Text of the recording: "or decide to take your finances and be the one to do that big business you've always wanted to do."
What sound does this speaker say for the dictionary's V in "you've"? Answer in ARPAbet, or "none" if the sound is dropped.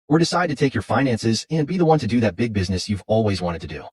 V